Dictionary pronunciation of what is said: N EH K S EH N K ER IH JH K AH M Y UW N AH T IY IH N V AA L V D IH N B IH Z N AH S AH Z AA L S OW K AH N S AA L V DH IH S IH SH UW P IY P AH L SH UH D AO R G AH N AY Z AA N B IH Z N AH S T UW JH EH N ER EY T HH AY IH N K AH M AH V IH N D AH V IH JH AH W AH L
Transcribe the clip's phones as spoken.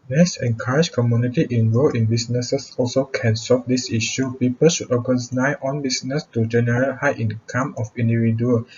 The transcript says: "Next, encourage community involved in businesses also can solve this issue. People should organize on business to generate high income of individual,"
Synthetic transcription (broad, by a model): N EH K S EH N K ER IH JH K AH M Y UW N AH T IY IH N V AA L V IH N B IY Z N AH S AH S AA L S OW K AH N S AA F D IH S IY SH UW P IY P AH L SH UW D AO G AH N AY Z AA N B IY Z N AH S T UW JH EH N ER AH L HH AY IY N K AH M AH F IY N D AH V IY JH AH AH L